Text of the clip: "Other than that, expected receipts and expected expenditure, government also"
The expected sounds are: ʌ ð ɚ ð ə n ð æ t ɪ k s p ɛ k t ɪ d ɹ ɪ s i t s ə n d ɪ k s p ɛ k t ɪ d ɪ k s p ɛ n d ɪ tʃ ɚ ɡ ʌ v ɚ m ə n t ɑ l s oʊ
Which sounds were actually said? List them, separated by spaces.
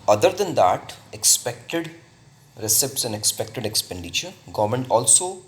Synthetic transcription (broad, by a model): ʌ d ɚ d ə n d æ t ɪ k s p ɛ k t ɪ d ɹ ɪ s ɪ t s ə n d ɪ k s p ɛ k t ɪ d ɪ k s p ɛ n d ɪ tʃ ɚ ɡ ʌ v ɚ m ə n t ɑ l s oʊ